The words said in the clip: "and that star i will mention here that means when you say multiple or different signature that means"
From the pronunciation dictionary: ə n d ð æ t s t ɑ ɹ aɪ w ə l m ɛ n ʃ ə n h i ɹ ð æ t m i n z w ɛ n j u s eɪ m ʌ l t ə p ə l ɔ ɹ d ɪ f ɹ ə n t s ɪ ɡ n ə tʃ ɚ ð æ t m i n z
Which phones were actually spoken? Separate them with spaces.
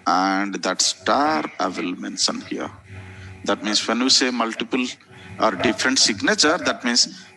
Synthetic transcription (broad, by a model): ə n d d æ t s t ɑ ɹ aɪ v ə l m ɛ n s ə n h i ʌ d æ t m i n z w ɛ n j u s eɪ m ʌ l t ə p ə l ɔ ɹ d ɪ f ɹ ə n t s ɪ ɡ n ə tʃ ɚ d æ t m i n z